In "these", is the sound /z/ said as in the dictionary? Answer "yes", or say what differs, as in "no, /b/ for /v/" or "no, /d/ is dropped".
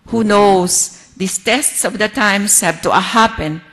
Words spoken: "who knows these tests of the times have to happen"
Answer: no, /s/ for /z/